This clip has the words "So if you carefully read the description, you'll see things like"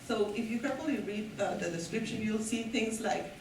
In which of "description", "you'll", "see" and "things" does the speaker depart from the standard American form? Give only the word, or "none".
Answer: things